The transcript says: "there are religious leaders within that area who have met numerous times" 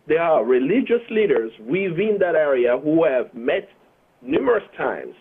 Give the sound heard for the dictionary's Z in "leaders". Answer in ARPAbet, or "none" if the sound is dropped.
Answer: Z